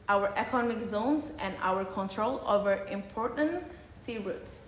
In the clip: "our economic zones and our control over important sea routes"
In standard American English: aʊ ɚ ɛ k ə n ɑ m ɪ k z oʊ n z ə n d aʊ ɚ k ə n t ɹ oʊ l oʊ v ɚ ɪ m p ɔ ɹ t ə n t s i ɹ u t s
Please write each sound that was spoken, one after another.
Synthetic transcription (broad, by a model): aʊ ɚ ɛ k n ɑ m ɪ k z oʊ n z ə n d aʊ ɚ k ə n t ɹ oʊ l oʊ v ɚ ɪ m p ɔ ɹ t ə n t s i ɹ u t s